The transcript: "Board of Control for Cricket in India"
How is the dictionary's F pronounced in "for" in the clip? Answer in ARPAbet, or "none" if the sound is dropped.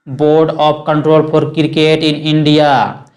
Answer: P